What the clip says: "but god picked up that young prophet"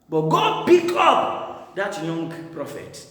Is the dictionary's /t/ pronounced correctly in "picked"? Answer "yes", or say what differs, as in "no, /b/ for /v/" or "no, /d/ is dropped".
no, /t/ is dropped